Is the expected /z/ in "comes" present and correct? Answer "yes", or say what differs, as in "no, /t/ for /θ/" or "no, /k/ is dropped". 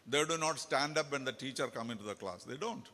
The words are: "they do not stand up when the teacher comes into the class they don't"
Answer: no, /z/ is dropped